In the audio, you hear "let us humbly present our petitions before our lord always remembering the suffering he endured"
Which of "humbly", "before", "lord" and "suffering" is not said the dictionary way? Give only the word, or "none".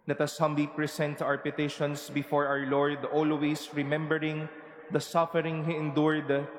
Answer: humbly